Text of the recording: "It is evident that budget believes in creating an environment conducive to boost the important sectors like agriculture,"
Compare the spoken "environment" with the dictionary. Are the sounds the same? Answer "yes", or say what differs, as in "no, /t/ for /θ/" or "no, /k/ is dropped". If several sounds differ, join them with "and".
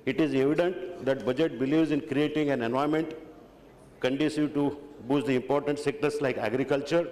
no, /v/ is dropped and /ɹ/ is dropped